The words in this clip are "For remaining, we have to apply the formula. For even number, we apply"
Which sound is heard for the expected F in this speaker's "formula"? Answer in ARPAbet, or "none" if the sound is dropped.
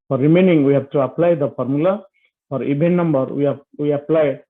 P